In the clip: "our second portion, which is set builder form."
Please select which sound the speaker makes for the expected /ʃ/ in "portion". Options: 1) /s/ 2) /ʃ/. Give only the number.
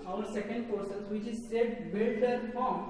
1